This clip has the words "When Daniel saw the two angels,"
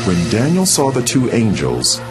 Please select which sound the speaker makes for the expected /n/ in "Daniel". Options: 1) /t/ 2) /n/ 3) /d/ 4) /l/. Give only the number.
2